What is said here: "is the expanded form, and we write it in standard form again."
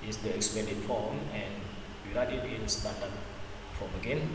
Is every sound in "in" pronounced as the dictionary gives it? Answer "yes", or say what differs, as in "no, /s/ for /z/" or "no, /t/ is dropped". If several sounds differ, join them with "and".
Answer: no, /l/ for /n/